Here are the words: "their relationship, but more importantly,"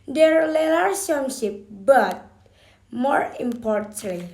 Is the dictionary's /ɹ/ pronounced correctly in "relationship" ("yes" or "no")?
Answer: no